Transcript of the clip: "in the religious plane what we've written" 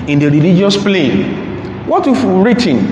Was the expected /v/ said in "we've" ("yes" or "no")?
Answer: no